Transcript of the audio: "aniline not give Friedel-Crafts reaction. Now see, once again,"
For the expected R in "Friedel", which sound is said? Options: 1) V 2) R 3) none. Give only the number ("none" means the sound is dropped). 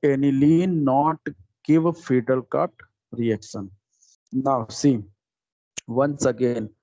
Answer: 3